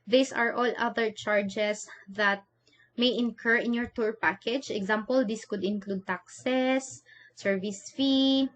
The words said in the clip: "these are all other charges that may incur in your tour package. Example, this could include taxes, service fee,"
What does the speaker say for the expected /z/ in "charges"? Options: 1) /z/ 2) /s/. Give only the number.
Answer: 2